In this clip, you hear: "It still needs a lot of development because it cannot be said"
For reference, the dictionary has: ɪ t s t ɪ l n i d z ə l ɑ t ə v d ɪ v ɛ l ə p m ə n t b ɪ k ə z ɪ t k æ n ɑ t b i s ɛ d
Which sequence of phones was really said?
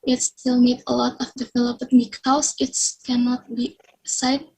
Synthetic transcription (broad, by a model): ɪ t s t ɪ l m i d ə l ɑ t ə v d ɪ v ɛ l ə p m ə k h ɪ ə s ɪ t k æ n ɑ t b i s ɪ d